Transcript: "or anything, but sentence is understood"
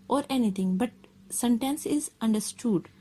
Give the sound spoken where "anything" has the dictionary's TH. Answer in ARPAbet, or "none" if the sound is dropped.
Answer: T